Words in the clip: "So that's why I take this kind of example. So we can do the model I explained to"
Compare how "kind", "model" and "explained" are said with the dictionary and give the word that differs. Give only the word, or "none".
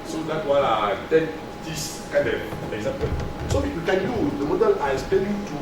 explained